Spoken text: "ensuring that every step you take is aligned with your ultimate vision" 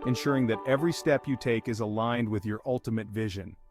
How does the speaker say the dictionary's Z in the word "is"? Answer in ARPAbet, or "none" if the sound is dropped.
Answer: Z